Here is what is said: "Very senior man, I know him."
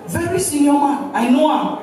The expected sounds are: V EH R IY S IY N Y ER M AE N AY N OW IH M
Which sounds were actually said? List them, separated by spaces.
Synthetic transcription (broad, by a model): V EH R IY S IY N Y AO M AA AY N OW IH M